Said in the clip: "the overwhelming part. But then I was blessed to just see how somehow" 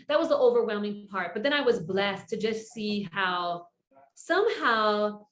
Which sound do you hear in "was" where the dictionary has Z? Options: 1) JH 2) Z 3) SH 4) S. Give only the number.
2